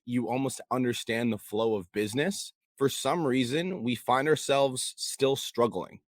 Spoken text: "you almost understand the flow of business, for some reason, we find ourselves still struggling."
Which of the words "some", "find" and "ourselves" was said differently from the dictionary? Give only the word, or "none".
none